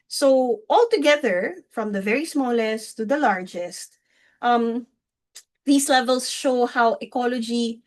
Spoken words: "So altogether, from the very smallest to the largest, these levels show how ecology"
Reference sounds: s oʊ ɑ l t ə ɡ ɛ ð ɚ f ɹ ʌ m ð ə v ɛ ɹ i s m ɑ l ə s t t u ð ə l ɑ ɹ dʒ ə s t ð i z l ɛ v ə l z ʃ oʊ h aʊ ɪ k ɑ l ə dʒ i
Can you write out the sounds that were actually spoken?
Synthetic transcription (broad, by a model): s oʊ ɑ l t ə ɡ ɛ ð ɚ f ɹ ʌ m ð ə v ɛ ɹ i s m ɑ l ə s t t u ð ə l ɑ ɹ dʒ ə s t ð i s l ɛ v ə l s ʃ oʊ h aʊ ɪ k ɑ l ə dʒ i